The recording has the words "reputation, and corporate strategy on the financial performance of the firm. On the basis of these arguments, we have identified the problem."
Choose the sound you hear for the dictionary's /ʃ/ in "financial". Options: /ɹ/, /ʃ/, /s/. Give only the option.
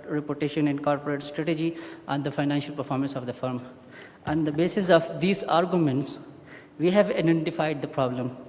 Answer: /ʃ/